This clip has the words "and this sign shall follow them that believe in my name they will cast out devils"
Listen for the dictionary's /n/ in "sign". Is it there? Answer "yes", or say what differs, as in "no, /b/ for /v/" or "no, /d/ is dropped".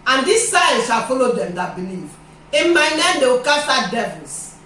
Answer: no, /l/ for /n/